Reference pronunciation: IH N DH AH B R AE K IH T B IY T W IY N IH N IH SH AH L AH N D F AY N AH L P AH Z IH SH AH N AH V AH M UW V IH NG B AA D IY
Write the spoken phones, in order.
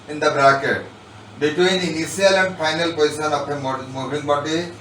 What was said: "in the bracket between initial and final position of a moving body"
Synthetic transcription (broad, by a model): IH N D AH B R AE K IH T B IY T W IY N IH N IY S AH L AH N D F AY N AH L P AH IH S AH N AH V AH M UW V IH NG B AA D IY